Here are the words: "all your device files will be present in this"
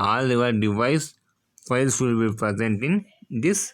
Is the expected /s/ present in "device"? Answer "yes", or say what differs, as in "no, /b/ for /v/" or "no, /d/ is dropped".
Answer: yes